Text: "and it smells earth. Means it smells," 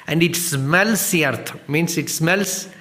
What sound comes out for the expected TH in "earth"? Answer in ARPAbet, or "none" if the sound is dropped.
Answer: T